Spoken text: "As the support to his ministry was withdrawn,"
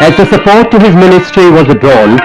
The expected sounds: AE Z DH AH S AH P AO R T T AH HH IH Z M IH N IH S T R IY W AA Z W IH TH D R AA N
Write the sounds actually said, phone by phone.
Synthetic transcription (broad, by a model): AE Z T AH S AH P AO R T T AH HH IH Z M IH N IH S T R IY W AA Z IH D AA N